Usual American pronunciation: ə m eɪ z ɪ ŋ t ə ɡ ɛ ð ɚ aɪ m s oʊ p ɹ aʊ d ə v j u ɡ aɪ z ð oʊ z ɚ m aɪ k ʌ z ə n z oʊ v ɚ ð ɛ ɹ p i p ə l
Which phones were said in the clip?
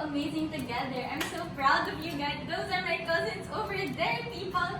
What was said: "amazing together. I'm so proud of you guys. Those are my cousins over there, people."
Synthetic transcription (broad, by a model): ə m eɪ z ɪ ŋ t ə ɡ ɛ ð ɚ aɪ m s oʊ b ɹ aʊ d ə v j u ɡ aɪ z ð oʊ z ɚ m aɪ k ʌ z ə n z oʊ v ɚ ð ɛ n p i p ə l